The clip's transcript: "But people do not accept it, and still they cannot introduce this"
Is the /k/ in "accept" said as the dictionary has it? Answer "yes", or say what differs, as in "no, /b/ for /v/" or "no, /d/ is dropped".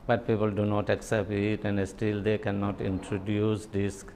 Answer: yes